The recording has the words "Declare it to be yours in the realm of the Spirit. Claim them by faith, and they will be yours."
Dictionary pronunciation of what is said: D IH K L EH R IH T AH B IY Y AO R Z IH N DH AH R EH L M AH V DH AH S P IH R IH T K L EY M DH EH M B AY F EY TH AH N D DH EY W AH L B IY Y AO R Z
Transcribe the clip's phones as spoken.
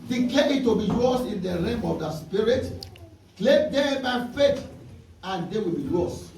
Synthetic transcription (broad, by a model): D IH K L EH IH T AH B IY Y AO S IH N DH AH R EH M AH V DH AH S P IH R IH T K L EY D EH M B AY F EY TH AH N D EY W AH L B IY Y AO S